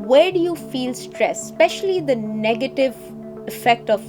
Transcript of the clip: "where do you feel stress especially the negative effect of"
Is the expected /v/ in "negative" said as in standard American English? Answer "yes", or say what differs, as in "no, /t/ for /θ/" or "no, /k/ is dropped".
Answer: yes